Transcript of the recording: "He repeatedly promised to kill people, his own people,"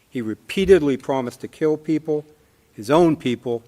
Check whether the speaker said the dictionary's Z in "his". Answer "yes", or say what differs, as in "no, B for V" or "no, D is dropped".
yes